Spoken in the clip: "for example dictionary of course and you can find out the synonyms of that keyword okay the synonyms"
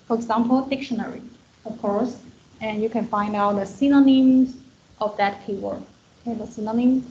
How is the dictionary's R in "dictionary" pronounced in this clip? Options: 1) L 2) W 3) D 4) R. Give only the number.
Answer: 4